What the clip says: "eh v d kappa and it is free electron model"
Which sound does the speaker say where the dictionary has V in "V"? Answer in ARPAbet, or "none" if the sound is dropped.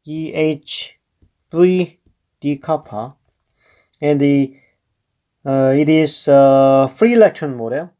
B